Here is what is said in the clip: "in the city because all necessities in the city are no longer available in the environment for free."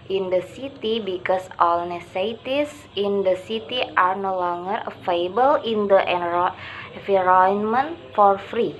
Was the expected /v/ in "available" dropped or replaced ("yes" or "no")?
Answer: yes